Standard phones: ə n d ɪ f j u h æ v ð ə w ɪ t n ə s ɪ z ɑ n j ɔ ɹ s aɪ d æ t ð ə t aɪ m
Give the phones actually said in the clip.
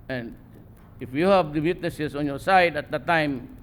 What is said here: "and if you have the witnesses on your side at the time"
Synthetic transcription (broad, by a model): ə n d ɪ f j u h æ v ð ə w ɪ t n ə s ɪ s ɑ n j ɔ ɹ s aɪ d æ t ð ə t aɪ m